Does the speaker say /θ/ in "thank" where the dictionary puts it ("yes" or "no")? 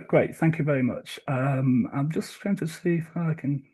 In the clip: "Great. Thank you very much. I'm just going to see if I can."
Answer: yes